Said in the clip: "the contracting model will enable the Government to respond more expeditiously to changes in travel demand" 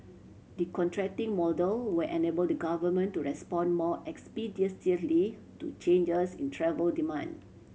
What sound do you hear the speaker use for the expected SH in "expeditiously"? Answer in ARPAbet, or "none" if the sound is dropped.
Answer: S